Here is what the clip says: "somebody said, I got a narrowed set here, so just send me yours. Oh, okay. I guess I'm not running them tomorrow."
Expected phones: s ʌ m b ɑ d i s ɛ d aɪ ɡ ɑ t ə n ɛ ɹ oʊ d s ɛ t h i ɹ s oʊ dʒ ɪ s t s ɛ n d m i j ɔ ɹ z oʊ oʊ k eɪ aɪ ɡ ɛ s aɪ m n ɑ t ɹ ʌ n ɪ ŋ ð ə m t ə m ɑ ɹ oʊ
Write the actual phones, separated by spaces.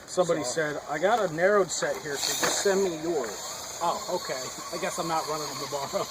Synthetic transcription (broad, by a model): s ʌ m b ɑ d i s ɛ d aɪ ɡ ɑ t ə n ɛ ɹ oʊ d s ɛ t h i ɹ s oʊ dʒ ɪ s s ɛ n m i j ɔ ɹ z oʊ oʊ k eɪ aɪ ɡ ɛ s aɪ m n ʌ t ɹ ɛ l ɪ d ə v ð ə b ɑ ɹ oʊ